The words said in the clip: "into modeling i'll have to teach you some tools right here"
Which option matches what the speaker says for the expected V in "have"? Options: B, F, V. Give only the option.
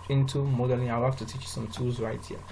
F